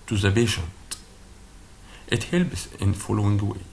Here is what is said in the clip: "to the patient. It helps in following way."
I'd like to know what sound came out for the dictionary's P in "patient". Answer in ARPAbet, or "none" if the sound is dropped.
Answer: B